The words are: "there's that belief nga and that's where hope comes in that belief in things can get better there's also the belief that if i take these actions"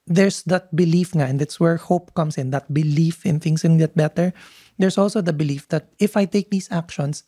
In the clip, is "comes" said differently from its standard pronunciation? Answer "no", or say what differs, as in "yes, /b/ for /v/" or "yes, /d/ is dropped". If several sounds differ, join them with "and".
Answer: yes, /s/ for /z/